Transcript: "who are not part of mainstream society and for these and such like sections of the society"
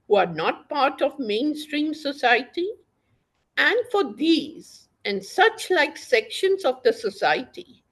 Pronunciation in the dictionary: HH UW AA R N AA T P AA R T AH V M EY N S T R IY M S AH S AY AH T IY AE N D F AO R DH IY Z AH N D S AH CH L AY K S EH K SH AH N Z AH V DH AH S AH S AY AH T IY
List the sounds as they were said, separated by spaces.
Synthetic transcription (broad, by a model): HH UW AA R N AA T P AA R T AH V M EY N S T R IY M S AH S AY AH T IY AE N D F AO R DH IY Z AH N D S AH CH L AY K S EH K SH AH N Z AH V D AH S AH S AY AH T IY